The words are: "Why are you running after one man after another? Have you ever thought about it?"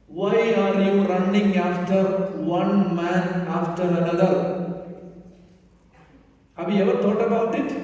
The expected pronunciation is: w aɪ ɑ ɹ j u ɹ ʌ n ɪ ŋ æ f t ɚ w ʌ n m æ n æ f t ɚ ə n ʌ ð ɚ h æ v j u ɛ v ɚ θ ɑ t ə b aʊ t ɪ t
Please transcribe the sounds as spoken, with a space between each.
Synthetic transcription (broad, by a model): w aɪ ɑ ɹ j u ɹ ʌ n ɪ ŋ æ f t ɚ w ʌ n m æ n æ f t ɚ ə n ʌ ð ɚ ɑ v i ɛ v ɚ t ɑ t ə b aʊ t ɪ t